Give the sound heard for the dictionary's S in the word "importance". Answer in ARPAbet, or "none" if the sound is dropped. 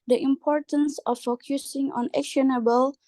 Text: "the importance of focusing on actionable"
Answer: S